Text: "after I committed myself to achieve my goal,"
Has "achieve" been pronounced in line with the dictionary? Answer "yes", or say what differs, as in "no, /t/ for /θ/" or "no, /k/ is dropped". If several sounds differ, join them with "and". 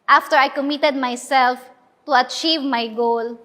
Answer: yes